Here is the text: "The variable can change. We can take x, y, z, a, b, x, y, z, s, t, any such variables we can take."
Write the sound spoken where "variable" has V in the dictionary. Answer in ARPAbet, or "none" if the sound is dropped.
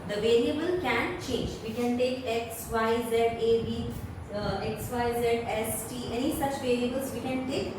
V